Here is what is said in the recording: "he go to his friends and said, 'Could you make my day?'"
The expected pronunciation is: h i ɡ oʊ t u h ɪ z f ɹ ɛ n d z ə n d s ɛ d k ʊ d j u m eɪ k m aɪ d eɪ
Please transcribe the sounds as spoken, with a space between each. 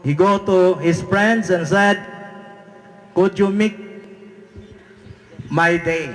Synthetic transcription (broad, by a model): h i ɡ oʊ t u h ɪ s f ɹ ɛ n d s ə n s ɛ d k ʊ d j u m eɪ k m aɪ d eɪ